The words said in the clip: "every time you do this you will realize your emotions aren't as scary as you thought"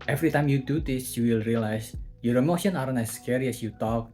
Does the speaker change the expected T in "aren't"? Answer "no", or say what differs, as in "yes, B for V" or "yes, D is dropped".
yes, T is dropped